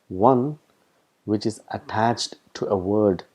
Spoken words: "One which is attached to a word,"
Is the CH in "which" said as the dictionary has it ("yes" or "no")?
yes